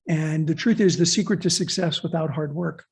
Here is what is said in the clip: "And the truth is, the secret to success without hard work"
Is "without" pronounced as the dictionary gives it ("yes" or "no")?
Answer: yes